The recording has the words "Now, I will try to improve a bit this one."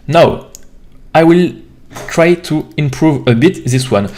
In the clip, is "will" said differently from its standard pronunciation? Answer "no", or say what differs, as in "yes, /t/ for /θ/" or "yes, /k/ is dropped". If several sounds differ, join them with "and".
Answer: no